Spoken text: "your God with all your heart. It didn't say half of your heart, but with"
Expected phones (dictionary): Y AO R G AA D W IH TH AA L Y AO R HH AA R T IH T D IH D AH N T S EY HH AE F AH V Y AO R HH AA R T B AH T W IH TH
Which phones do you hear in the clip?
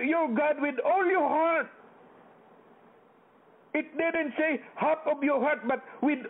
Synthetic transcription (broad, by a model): Y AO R G AA D W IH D AA L Y AO R HH AA R T IH T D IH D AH N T S EY HH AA P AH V Y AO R HH AA R T B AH T W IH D